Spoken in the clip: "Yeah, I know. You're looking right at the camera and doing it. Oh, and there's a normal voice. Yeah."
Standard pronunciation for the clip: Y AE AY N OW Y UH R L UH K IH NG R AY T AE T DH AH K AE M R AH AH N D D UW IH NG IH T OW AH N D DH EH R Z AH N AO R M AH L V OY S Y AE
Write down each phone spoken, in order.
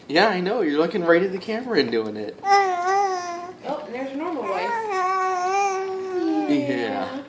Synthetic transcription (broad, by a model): Y AE AY N OW Y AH R L UH K IH NG R AY T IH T DH AH K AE M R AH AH N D D UW IH NG IH T OW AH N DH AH R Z AH N AO R M L W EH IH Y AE